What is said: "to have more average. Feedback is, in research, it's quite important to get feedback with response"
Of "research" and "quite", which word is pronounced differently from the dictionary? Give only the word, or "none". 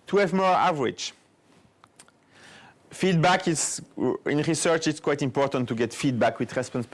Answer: none